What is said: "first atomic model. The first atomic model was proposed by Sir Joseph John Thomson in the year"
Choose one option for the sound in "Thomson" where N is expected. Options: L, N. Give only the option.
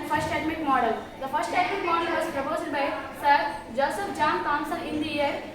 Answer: L